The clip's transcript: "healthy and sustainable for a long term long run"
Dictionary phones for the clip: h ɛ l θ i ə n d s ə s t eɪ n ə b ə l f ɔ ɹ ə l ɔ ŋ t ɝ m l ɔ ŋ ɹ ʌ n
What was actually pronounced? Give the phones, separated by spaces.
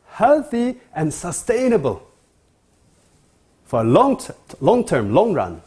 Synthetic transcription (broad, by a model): h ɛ l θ i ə n s ə s t eɪ n ə b ə l f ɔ l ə l ɔ ŋ t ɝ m l ɔ ŋ ɹ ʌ n